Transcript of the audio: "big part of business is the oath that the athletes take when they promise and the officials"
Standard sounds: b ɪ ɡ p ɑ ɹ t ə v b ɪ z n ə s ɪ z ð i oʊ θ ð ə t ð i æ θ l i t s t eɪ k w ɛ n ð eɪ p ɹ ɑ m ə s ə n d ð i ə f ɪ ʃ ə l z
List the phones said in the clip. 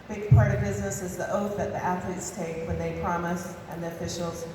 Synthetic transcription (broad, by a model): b ɪ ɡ p ɑ ɹ t ə v b ɪ z n ə s ɪ z ð i oʊ θ ð ə t ð i æ θ l i t s t eɪ k w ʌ n ð eɪ p ɹ ɑ m ə s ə n ð i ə f ɪ ʃ l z